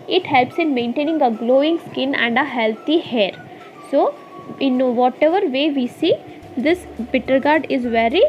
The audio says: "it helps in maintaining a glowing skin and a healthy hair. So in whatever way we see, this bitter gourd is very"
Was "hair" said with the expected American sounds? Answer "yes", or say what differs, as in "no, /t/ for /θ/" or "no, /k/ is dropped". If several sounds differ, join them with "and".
yes